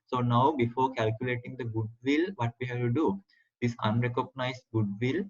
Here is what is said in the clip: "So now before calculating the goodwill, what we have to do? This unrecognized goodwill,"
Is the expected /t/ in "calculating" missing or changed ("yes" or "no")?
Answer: no